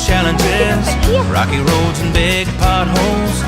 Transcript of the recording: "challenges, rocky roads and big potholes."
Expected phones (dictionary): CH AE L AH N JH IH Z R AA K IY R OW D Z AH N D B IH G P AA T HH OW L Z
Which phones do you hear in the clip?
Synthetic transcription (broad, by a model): CH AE L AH N JH IH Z R AA K IY R OW D Z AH N B IH G P AA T HH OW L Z